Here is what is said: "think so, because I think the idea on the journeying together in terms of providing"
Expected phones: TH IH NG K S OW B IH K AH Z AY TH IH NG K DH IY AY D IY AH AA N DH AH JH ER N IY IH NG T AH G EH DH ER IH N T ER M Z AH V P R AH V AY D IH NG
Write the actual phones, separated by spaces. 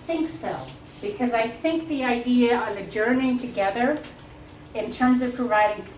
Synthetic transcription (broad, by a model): TH IH NG K S OW B IH K AH Z AY TH IH NG K DH IY AY D IY AH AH N DH AH JH ER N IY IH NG T AH G EH DH ER IH N T ER M Z AH V P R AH V AY D IH NG